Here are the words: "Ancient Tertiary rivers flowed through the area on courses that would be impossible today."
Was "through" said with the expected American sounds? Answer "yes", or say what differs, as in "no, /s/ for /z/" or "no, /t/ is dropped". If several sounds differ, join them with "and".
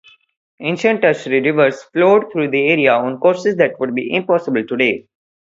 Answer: no, /t/ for /θ/